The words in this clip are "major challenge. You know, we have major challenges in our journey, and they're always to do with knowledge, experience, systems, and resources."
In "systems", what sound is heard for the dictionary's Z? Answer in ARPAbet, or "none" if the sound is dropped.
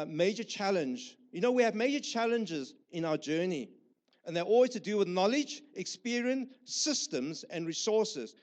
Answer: Z